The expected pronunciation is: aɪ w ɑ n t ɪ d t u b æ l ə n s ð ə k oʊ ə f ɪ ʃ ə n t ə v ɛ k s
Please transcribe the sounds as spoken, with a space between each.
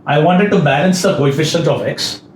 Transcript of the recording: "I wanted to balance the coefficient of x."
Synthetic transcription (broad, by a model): aɪ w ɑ n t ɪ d t u b æ l ə n s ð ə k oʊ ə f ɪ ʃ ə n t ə p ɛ k s